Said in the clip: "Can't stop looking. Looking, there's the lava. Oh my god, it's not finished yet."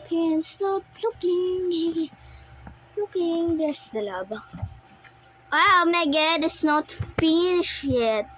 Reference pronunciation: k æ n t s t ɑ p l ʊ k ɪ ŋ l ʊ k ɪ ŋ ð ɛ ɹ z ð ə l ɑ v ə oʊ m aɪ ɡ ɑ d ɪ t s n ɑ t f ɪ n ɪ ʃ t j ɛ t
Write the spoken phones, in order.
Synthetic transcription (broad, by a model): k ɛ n s t ɑ p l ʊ k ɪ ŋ l ʊ k ɪ ŋ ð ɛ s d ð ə l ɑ b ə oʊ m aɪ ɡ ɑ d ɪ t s n ɑ t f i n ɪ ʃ j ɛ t